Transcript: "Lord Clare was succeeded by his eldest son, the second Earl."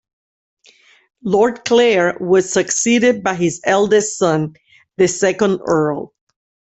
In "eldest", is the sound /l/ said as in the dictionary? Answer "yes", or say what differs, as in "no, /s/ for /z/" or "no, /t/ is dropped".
yes